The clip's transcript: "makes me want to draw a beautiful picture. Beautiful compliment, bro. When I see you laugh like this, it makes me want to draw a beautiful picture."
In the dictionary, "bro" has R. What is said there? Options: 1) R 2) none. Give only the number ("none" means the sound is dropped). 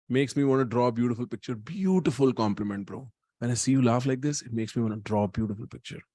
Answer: 1